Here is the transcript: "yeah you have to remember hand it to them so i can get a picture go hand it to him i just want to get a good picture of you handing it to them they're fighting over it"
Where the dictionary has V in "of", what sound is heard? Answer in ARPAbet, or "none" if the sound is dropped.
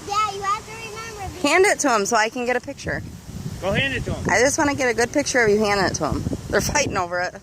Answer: F